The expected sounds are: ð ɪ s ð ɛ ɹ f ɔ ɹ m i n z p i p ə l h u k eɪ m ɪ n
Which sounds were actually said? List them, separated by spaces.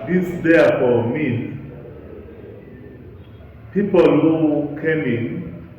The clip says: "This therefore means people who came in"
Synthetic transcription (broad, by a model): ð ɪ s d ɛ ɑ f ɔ m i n p i p ə l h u k eɪ m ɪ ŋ